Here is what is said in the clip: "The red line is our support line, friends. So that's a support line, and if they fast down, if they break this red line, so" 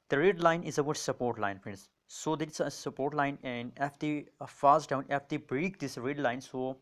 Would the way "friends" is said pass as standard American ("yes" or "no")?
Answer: no